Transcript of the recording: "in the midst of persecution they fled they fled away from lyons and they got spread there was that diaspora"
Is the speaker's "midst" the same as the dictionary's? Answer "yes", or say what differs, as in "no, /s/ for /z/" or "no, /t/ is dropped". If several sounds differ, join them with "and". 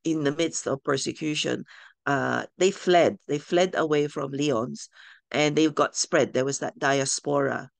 yes